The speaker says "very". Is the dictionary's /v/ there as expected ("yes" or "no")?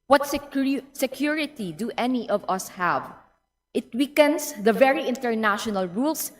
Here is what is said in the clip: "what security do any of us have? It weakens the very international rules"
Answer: yes